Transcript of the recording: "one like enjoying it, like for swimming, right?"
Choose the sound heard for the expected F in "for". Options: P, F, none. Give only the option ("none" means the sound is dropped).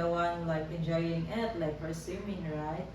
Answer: P